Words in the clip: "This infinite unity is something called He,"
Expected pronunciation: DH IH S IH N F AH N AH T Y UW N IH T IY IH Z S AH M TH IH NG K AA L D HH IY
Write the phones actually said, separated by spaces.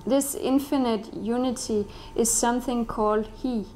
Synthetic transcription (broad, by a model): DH IH S IH N F AH N AH T Y UW N IH T IY IH Z S AH M TH IH NG K AA L D HH IY